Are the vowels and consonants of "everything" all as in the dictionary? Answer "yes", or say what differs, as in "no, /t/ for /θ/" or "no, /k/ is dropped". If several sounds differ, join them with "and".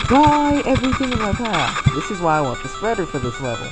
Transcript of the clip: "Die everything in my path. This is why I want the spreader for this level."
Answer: yes